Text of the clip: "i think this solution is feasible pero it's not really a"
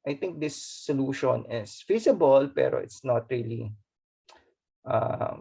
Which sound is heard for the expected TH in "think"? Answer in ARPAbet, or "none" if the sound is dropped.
T